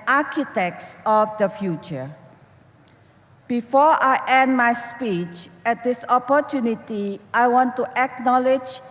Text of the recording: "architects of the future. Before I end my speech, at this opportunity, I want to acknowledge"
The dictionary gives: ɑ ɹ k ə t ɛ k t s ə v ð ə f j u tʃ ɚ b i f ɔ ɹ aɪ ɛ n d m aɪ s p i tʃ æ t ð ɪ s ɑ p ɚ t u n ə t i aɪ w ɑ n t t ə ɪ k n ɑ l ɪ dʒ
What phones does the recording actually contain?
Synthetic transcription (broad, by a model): ɑ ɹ k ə t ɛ k t s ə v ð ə f j u tʃ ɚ b i f ɔ ɹ aɪ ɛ n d m aɪ s p i tʃ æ t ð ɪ s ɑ p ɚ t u n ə t i aɪ w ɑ n t t ə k n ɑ l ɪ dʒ